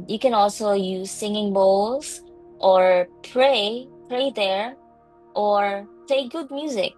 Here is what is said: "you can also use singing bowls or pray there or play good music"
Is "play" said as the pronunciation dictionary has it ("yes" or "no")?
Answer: no